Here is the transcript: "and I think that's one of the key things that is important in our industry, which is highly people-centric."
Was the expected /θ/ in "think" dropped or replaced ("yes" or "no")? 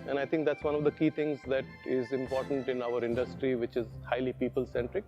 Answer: yes